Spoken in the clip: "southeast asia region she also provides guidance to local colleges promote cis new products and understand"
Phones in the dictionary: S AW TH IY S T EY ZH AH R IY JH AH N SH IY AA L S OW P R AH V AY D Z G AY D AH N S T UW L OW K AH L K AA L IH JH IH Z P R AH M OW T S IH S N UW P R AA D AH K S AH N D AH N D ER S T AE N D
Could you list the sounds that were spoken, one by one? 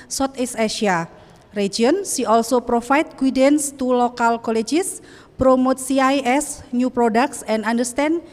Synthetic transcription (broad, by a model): S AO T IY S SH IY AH R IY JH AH N S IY AA L S OW P R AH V AY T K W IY D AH N S T UW L OW K AH L K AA L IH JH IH S P R AH M OW T S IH S N UW P R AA D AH K S AH N D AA N D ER S T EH N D